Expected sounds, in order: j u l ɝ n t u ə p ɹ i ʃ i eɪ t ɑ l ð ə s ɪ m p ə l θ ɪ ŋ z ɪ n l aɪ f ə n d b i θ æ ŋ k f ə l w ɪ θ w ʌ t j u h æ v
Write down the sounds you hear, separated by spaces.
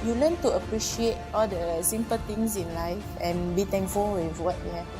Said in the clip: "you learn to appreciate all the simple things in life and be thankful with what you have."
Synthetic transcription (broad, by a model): j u l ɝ n t u ə p ɹ i ʃ i eɪ t ɑ l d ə s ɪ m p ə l t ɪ ŋ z ɪ n l aɪ f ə n b i t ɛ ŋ k f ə l w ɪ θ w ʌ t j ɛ